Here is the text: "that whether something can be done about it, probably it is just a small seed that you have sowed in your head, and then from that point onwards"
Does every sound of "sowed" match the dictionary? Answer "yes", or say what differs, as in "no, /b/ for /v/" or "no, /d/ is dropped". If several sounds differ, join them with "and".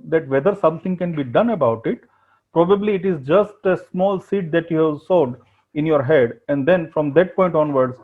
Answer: yes